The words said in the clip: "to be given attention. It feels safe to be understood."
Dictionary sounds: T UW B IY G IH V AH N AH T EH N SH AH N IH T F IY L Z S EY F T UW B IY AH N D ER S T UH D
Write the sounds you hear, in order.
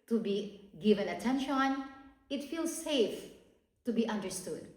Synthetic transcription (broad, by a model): T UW B IY G IH V AH N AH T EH N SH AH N IH T F IY L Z S EY F T UW B IY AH N D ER S T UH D